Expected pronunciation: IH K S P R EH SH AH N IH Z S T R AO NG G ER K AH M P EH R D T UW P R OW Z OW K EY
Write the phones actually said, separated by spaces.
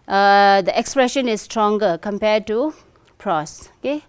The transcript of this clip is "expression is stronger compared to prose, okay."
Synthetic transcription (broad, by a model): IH K S P R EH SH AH N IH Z S T R AO NG G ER K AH M P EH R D T UW P R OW S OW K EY